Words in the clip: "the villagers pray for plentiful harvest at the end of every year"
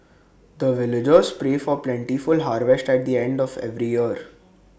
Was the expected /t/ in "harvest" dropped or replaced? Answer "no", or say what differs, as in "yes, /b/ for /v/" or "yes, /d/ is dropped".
no